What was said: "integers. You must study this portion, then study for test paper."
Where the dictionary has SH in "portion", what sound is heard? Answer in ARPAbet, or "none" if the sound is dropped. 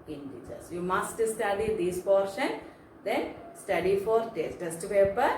SH